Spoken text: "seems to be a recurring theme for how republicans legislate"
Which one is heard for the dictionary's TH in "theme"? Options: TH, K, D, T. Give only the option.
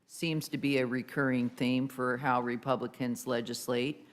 TH